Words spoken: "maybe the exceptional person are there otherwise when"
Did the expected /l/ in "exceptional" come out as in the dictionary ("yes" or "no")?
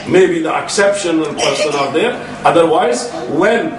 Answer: no